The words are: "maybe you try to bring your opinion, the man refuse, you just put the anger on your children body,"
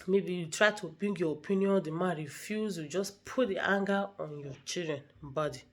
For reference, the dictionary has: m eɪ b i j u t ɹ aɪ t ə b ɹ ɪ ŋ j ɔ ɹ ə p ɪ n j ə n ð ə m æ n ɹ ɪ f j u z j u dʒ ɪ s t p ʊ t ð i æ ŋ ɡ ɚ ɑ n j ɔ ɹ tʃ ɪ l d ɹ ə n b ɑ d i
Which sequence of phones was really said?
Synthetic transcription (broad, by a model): m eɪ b i j u t ɹ aɪ t ə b ɪ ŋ j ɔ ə p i n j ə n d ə m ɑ ɹ ɪ f j u z j u dʒ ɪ s p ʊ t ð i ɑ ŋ ɡ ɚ ɑ n j ɔ tʃ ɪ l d ɹ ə n b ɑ d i